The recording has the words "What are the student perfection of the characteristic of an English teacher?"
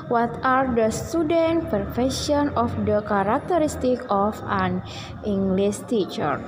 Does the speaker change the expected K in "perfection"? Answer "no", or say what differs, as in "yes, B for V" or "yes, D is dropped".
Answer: yes, K is dropped